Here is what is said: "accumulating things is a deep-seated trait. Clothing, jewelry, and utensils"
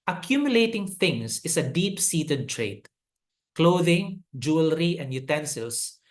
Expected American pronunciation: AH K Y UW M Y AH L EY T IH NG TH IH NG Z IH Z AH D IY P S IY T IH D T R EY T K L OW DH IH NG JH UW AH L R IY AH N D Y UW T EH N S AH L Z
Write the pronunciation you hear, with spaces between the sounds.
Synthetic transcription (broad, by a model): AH K Y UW M Y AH L EY T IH NG T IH NG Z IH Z AH D IY P S IY T IH D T R EY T K L OW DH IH NG JH UW AH L R IY AH N D Y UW T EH N S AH L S